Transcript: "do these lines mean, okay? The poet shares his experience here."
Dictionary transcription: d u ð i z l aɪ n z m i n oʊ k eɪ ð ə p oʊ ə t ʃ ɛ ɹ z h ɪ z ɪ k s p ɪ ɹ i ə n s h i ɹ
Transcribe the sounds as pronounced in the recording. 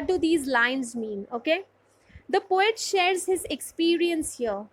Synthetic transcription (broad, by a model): d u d i z l aɪ n z m i n oʊ k eɪ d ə p oʊ ə t ʃ ɛ ɹ z h ɪ z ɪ k s p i ɹ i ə n s h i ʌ